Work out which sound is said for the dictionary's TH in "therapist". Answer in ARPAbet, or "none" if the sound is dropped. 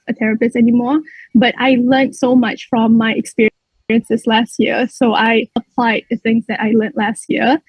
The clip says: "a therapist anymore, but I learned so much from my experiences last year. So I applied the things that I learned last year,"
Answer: T